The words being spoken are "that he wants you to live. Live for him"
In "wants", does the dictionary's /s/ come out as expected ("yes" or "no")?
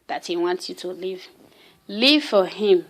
no